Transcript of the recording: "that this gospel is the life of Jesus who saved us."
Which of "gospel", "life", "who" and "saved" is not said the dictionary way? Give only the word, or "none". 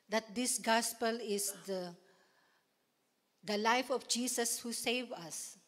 saved